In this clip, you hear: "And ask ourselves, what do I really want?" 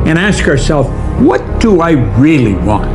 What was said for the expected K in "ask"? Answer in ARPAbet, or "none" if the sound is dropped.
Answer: K